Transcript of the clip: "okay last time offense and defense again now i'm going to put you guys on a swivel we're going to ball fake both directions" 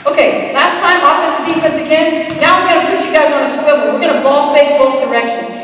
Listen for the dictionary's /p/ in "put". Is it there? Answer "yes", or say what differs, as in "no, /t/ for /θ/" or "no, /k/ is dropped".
no, /b/ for /p/